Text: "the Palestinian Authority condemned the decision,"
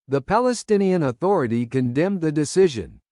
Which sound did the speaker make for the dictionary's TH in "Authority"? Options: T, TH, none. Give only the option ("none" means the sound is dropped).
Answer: TH